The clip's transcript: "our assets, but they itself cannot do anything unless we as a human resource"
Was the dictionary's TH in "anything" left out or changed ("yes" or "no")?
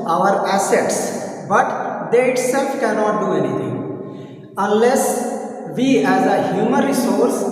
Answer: yes